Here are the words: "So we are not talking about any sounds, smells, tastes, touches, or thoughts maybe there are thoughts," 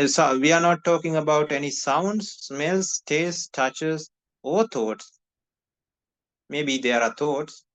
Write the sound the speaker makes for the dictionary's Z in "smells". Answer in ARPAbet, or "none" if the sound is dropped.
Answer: S